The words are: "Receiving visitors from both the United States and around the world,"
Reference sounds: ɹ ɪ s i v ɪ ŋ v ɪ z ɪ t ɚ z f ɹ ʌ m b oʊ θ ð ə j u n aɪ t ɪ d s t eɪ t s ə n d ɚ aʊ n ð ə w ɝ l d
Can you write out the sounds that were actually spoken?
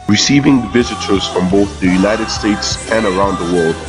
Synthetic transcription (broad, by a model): ɹ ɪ s i v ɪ ŋ v ɪ z ɪ t ɚ z f ɹ ʌ m b oʊ θ ð ə j u n aɪ t ɪ d s t eɪ t s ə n ɚ aʊ n ð ə w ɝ l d